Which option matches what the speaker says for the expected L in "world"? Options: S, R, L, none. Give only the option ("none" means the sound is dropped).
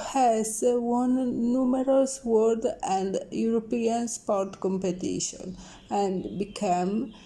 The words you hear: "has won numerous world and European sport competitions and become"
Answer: none